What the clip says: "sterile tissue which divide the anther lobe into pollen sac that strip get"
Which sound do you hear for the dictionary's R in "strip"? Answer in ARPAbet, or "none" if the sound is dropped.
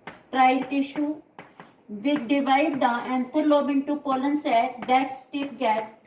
none